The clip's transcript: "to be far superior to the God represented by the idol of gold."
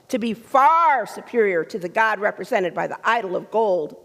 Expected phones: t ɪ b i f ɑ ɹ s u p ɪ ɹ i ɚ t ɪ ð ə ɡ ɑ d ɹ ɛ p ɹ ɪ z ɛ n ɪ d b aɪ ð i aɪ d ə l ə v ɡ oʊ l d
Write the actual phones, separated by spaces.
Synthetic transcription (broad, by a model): t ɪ b i f ɑ ɹ s u p ɪ ɹ i ɚ t ɪ ð ə ɡ ɑ d ɹ ɛ p ɹ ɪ z ɛ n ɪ d b aɪ ð i aɪ d l ə v ɡ oʊ l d